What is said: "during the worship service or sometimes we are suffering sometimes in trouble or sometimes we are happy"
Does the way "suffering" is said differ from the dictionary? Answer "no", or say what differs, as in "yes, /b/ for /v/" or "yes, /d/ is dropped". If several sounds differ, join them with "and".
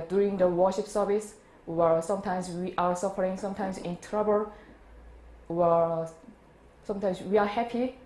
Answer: no